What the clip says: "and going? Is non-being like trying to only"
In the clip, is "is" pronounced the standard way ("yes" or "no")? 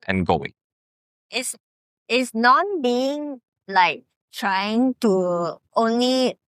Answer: no